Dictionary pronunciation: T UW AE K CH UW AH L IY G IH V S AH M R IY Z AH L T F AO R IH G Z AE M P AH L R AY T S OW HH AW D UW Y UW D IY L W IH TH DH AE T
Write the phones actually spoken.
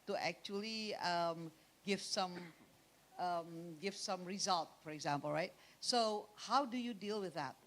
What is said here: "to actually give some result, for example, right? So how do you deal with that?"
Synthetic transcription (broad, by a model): T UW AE K CH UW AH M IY G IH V S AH M R IY Z AH L T F AO R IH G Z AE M P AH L R AY T S OW HH AW D UW Y UW D IY L W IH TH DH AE T